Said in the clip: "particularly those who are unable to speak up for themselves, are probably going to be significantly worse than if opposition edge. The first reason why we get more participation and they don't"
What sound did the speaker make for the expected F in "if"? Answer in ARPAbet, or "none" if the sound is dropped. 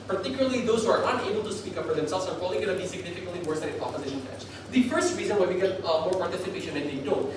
P